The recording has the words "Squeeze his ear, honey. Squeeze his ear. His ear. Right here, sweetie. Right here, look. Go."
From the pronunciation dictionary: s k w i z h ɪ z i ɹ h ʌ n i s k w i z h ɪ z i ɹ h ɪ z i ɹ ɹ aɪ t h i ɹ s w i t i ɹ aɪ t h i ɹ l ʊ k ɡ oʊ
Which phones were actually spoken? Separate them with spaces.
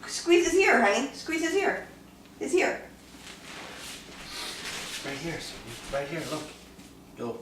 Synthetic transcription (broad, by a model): s k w i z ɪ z i ɹ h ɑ i s k w i z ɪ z i ɹ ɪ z i ɹ ɹ aɪ t h i ɹ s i ɹ aɪ t h i ɹ l ʊ k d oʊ